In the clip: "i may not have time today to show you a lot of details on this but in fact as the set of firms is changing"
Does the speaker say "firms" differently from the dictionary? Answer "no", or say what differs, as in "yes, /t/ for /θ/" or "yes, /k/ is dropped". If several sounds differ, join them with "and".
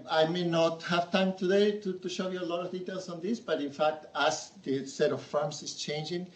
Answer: yes, /s/ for /z/